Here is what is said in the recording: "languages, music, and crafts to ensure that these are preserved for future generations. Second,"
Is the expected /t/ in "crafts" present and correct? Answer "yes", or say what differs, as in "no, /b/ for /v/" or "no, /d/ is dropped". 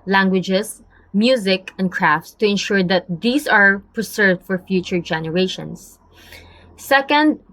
yes